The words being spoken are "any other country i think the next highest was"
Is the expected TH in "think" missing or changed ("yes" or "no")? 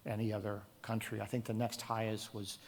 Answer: no